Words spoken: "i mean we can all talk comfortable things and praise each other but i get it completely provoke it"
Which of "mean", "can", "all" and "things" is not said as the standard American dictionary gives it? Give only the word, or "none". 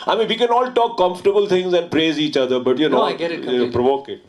things